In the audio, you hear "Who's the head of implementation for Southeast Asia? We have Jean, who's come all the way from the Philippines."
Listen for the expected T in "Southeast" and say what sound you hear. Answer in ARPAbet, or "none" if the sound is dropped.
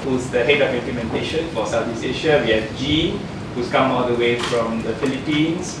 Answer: none